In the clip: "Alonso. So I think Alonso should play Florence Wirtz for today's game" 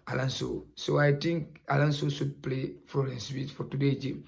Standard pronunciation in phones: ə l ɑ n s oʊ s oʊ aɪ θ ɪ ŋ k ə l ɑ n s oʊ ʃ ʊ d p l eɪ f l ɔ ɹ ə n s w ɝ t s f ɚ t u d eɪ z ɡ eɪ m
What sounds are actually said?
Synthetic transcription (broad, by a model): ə l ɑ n s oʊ s oʊ aɪ t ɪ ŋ k ə l ɑ n s oʊ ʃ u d p l eɪ f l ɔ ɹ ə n s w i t f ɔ t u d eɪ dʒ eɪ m